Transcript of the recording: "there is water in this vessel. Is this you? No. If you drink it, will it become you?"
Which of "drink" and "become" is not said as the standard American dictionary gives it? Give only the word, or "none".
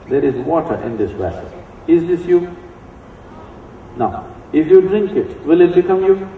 none